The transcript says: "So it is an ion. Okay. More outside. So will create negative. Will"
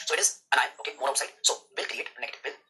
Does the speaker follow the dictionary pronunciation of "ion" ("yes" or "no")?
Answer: no